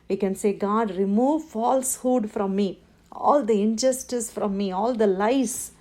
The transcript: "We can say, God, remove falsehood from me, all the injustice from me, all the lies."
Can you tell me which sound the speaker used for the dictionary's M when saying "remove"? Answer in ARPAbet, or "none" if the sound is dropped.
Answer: M